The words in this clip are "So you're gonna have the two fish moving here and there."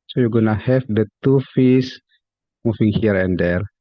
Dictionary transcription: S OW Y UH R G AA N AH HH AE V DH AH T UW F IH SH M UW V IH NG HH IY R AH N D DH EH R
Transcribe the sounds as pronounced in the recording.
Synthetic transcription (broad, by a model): S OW Y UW G AA N AH HH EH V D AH T UW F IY S M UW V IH NG HH IY R AH N D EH R